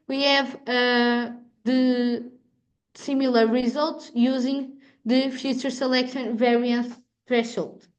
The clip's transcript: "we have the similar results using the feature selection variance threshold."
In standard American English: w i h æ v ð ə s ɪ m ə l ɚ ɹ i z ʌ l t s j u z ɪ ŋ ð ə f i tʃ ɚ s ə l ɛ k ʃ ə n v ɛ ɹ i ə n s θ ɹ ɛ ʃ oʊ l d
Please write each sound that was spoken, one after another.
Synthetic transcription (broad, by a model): w i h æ v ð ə s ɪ m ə l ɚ ɹ i z ʌ l t s j u z ɪ ŋ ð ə f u tʃ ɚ s ə l ɛ k ʃ ə n v ɛ ɹ i ə n s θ ɹ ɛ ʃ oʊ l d